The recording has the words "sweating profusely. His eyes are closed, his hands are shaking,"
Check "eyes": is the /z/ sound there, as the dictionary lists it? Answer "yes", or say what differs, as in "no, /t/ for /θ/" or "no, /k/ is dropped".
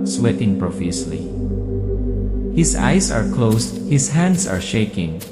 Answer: no, /s/ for /z/